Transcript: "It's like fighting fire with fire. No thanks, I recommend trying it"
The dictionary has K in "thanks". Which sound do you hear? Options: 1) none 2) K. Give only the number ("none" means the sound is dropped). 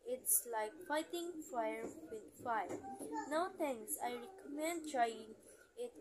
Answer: 1